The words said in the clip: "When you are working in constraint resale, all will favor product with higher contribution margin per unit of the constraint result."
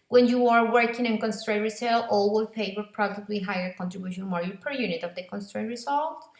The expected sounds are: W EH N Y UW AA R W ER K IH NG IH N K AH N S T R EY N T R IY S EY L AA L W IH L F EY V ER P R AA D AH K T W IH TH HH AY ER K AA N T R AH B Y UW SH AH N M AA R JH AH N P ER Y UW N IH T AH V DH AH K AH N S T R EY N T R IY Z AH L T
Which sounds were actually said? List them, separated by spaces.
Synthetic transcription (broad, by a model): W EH N Y UW AA R W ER K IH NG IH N K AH N S T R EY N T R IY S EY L AA L W IH L P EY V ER P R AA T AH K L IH HH AY ER K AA N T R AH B Y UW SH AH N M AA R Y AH P ER Y UW N IH T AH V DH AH K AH N S T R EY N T R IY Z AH L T